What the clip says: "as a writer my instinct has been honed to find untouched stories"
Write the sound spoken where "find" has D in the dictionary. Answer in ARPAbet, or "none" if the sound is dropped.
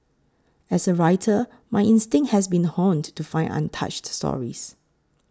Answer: none